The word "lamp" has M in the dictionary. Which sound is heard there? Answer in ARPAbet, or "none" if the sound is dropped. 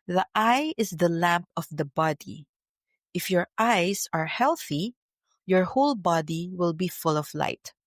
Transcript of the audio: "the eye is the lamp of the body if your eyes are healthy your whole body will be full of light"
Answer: M